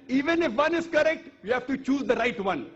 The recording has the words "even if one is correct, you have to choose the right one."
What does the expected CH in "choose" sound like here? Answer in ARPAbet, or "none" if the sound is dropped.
CH